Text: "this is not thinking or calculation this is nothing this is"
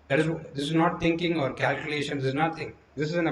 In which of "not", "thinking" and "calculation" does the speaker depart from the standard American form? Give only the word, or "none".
thinking